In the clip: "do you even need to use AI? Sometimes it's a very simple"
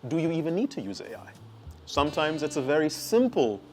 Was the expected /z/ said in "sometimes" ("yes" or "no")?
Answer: yes